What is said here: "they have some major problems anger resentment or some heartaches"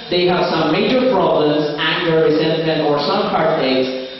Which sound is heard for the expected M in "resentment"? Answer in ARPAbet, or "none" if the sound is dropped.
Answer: none